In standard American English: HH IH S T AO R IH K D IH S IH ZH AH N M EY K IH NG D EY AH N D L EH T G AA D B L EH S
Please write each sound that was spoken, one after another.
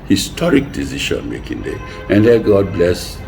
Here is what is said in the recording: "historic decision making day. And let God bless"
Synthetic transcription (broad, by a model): HH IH S T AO R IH K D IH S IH SH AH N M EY K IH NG D EY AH N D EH G AA D B L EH S